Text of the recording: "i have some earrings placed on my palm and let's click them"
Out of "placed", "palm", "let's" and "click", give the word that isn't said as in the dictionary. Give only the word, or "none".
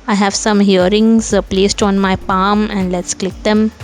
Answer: none